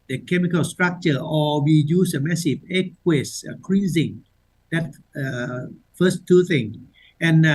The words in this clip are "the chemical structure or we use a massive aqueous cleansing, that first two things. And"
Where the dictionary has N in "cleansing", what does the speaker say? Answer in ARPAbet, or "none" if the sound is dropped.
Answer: none